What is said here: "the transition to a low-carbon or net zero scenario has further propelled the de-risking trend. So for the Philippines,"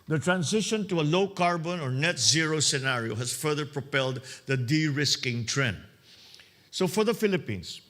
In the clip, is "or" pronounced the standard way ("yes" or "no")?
yes